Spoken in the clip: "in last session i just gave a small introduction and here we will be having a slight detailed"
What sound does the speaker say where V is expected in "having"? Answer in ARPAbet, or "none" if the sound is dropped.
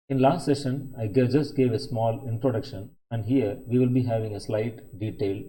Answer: V